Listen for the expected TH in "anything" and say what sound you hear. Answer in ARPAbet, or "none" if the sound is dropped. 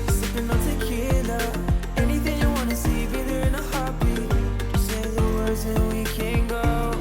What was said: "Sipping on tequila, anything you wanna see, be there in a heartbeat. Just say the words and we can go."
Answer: TH